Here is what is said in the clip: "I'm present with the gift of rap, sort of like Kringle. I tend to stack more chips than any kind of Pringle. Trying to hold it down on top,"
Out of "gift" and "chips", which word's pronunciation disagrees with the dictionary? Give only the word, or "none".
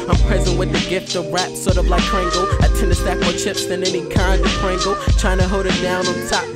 none